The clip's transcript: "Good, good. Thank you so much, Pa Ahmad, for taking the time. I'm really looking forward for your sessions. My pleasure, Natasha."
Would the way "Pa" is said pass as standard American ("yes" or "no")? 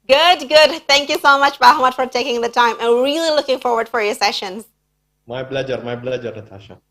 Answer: no